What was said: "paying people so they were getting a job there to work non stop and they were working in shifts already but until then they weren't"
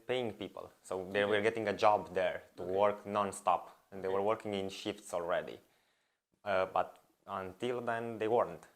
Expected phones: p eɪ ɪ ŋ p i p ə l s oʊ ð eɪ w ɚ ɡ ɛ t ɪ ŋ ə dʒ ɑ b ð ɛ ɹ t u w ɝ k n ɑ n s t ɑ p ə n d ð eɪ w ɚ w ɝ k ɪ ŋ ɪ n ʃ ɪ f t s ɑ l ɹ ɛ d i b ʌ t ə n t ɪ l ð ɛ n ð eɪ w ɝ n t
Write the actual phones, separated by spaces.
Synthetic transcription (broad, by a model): p eɪ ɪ ŋ p i p ə l s oʊ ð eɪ w ɚ ɡ ɛ t ɪ ŋ ə dʒ ɑ b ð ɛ ɹ t u w ɝ k n ɑ n s t ɑ p ə n d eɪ w ɚ w ɝ k ɪ ŋ ɪ n ʃ ɪ f t s ɑ l ɹ ɛ d i b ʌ t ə n t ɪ l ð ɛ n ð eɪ w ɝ n t